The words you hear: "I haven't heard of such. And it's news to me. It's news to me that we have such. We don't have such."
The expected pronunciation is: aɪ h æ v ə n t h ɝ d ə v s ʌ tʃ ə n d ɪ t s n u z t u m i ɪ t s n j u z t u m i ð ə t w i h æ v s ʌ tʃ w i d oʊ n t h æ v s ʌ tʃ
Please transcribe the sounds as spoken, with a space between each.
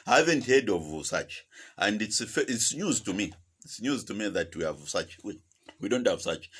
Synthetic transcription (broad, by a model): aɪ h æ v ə n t h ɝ d ə v s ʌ tʃ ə n d ɪ t s n u z t u m i ɪ t s n j u z t u m i ð ə t w i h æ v s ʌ tʃ w i d oʊ n t h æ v s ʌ tʃ